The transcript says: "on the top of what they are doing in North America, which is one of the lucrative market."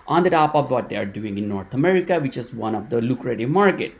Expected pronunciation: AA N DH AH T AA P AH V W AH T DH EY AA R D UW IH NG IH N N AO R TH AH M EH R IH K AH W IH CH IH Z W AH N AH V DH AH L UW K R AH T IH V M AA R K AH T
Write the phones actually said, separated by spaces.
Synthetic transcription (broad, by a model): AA N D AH T AA P AH V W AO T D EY AA R D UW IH NG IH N N AO R T AH M EH R IH K AH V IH CH IH Z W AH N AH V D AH L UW K R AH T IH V M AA R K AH T